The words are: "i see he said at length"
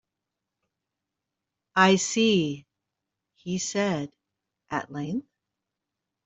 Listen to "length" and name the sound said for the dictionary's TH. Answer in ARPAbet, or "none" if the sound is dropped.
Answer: TH